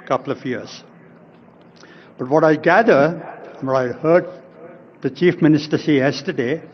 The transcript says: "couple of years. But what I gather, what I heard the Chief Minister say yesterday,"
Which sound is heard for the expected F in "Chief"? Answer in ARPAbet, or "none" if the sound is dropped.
F